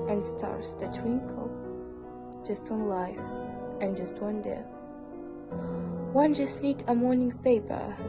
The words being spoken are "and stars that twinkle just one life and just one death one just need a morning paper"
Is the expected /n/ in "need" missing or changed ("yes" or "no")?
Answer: yes